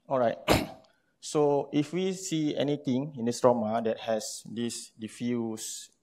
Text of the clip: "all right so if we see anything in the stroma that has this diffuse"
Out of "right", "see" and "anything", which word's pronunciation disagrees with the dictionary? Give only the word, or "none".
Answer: anything